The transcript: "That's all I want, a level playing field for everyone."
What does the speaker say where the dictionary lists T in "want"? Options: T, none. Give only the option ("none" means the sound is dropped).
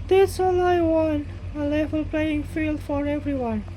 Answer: none